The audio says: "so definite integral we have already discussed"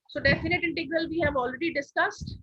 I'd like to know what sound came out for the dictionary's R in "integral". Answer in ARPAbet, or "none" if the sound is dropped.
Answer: R